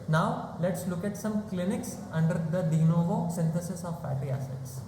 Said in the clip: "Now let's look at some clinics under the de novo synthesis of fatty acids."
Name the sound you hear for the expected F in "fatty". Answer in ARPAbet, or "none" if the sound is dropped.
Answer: P